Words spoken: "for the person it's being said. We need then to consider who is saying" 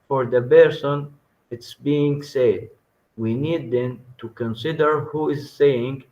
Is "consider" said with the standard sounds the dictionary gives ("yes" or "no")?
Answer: yes